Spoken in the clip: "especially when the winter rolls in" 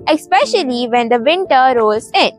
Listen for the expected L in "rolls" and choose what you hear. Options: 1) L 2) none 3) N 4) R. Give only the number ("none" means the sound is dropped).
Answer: 2